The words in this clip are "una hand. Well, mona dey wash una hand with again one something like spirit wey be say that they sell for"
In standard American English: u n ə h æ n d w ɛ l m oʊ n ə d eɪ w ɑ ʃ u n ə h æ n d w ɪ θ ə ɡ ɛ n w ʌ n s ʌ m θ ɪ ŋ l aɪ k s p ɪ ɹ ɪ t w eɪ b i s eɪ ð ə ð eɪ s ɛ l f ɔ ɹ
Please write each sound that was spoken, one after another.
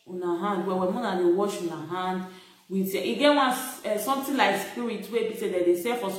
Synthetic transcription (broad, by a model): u n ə h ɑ n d w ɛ w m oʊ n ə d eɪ w ɑ ʃ u n ə h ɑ n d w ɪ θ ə ɡ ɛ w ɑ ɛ s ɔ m t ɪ l aɪ k s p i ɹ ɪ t w eɪ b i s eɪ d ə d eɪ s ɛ f ɔ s